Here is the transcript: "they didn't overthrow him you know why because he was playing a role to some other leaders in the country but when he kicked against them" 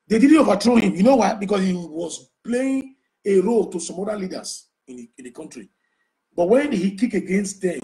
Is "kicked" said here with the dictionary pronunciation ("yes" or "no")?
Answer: no